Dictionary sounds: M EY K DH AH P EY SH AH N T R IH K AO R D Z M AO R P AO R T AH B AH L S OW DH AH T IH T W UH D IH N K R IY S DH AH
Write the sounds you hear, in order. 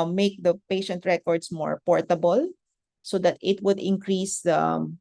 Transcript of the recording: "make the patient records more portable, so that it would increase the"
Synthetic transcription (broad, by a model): M EY K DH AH P EY SH AH N T R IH K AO R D S M AO R P AO R T AH B AH L S OW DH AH T IH T W UH D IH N K R IY S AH